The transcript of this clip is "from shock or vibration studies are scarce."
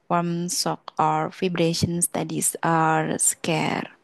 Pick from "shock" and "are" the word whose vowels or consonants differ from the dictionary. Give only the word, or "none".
shock